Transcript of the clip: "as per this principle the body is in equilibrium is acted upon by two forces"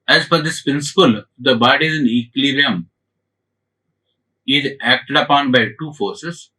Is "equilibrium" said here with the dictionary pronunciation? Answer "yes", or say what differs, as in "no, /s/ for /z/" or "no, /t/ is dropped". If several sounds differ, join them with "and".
no, /b/ is dropped